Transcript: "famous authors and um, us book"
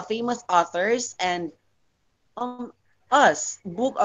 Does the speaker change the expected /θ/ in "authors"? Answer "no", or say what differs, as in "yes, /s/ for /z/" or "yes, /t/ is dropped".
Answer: no